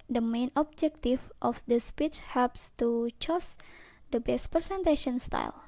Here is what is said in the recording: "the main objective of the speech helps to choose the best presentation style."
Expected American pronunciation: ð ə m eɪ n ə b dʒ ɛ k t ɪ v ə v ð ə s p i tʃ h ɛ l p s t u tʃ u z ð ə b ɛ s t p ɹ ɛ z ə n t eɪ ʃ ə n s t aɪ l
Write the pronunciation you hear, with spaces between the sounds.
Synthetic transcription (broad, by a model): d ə m eɪ n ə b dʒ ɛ k t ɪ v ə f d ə s p i tʃ h ɛ l p s t u tʃ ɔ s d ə b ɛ s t p ɹ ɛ s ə n t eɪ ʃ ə n s t aɪ l